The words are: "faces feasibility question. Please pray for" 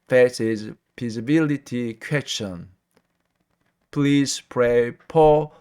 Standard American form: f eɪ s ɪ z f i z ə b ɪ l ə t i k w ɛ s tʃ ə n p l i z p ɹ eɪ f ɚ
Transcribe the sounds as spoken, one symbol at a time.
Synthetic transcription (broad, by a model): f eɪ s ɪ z p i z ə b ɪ l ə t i k w ɛ s tʃ ə n p l i z p ɹ eɪ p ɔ